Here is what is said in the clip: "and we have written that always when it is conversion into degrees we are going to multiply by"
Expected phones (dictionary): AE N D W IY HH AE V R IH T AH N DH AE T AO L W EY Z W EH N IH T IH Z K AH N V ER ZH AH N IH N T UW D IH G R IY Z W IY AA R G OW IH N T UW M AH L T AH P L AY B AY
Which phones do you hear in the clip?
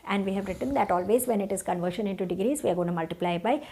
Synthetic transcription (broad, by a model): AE N D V IY HH AE V R IH T AH N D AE T AO L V EY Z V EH N IH T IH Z K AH N V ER SH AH N IH N T UW D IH G R IY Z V IY AA R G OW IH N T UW M AH L T AH P L AY B AY